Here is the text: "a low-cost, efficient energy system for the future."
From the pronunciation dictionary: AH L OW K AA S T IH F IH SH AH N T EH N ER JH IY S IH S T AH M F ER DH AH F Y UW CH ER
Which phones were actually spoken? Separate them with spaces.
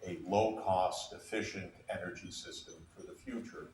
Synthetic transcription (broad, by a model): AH L OW K AA S T IH F IH SH AH N T EH N ER JH IY S IH S T AH M F ER DH AH F Y UW CH ER